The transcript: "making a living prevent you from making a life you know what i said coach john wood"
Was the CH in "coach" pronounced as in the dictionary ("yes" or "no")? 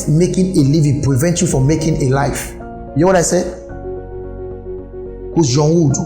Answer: no